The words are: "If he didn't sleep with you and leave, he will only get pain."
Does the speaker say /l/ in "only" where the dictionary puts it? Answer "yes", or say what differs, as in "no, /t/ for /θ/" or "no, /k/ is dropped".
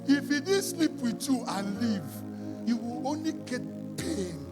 yes